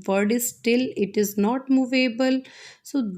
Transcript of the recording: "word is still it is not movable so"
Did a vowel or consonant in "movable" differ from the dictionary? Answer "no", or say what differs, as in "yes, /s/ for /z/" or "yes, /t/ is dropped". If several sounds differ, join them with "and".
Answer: no